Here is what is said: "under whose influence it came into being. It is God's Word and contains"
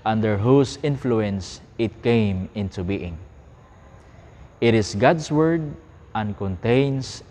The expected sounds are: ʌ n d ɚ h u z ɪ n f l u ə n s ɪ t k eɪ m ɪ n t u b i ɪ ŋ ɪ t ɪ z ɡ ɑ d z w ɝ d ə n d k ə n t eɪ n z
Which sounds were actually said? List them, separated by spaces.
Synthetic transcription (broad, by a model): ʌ n d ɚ h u s ɪ n f l u ə n s ɪ t k eɪ m ɪ n t u b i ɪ ŋ ɪ t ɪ s ɡ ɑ d s w ɝ d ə n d k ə n t eɪ n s